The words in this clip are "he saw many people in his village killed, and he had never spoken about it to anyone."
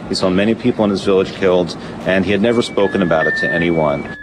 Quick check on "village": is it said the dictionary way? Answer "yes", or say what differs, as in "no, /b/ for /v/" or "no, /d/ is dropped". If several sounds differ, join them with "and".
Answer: yes